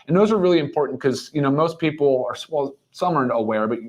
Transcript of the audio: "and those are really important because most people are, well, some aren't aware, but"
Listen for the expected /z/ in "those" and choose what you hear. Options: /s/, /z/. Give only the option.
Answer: /z/